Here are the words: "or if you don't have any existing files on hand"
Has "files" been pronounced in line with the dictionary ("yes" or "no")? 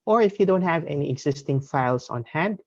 no